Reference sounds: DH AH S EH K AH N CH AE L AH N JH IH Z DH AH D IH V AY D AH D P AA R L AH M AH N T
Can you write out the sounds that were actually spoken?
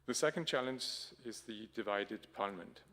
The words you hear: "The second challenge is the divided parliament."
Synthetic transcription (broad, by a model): DH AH S EH K AH N CH AE L AH N JH IH Z DH AH D IH V AY D AH D P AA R L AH M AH N T